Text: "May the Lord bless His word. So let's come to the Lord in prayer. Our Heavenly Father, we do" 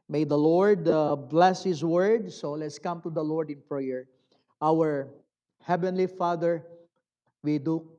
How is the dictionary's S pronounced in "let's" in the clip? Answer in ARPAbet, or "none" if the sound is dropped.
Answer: S